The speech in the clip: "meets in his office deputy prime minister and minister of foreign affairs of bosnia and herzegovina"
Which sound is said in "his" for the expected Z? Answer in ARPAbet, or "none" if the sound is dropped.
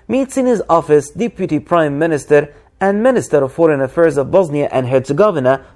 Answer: Z